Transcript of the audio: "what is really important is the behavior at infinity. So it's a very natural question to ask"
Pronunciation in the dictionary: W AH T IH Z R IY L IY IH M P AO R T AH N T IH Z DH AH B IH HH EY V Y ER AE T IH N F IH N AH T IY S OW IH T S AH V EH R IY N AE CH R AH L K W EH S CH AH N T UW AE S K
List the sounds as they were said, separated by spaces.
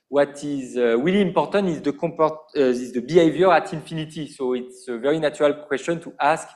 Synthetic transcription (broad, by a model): W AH T IH Z W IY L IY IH M P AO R T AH N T IH Z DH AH B IH HH EY V Y ER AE T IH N F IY N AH T IY S OW IH T S AH V EH R IY N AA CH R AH L K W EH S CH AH N T UW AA S K